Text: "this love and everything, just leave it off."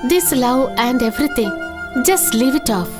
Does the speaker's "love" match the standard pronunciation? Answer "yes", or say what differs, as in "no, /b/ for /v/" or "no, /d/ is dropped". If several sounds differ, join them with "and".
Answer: no, /w/ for /v/